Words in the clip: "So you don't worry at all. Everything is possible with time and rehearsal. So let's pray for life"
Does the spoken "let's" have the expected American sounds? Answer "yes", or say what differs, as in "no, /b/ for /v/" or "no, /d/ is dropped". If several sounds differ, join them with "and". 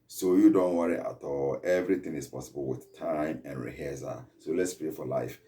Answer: yes